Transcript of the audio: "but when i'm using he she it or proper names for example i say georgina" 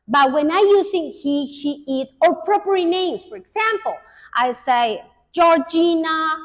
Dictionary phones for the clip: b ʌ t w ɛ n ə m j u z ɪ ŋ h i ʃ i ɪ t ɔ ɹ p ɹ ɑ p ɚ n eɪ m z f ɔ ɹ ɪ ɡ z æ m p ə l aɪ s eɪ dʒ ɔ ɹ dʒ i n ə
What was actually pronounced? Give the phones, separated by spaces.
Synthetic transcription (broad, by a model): b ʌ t w ɛ n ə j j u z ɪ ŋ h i ʃ i ɪ t ɔ ɹ p ɹ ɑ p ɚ n eɪ m s f ɔ ɹ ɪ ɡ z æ m p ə l aɪ s eɪ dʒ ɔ ɹ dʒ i n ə